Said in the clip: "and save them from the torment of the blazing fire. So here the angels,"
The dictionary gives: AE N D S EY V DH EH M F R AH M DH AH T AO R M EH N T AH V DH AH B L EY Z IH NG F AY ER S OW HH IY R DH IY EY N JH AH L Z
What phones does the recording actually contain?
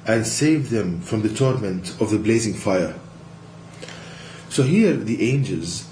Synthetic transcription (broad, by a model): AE N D S EY V DH EH M F R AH M DH AH T AO R M EH N T AH V DH AH B L EY Z IH NG F AY ER S OW HH IY R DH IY EY N JH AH L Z